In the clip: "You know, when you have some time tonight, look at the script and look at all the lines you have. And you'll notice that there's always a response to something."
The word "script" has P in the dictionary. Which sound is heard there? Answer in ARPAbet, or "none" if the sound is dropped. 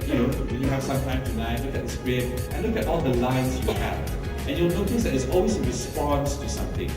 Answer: none